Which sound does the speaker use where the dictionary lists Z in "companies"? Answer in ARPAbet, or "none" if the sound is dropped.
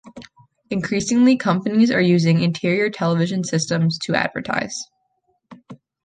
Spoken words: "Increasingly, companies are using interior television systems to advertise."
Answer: Z